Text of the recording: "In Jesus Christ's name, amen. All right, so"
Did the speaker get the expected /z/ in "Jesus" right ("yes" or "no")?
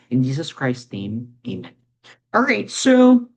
yes